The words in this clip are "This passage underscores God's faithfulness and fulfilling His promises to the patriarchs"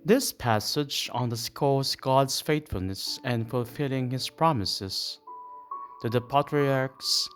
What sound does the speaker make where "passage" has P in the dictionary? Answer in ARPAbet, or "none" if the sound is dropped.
P